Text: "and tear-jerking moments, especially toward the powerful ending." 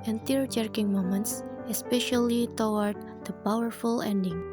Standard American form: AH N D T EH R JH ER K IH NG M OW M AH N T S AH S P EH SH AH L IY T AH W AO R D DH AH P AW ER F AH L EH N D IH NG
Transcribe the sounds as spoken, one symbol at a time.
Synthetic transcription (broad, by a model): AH N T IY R JH ER K IH NG M OW M AH N T S AH S P EH SH AH L IY T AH W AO R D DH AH P AW ER F AH L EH N D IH NG